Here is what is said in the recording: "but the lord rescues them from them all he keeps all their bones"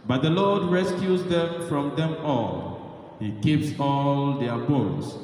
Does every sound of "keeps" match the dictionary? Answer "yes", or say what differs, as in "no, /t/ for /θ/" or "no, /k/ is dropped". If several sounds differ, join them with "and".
yes